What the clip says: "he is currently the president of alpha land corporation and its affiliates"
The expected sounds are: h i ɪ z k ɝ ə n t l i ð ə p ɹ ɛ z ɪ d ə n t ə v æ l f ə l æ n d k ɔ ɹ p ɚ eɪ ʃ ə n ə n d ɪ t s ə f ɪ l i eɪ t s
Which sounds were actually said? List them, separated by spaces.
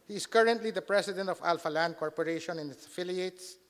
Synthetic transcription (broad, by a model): h i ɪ s k ɝ ə n t l i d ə p ɹ ɛ s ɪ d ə n t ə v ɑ l f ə l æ n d k ɔ ɹ p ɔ eɪ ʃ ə n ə n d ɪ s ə f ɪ l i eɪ t s